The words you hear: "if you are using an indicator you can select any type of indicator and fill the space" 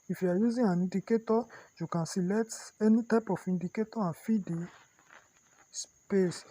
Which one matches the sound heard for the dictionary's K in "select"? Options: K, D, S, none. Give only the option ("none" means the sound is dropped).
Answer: none